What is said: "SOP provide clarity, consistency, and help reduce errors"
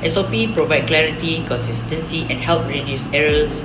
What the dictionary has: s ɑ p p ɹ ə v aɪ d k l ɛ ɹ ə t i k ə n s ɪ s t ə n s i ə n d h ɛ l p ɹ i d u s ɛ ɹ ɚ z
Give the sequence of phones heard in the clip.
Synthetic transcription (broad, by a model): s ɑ p p ɹ ə v aɪ d k l ɛ ɹ ə t i k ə n s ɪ s t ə n s i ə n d h ɛ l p ɹ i d u s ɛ ɹ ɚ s